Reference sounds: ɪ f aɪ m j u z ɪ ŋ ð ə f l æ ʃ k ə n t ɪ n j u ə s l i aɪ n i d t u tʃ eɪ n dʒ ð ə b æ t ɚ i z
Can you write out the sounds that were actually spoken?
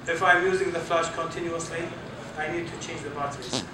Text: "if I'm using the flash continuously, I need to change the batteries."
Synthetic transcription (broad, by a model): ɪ f aɪ m j u z ɪ ŋ ð ə f l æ ʃ k ə n t ɪ n j u ə s l i aɪ n i d t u tʃ eɪ n dʒ ð ə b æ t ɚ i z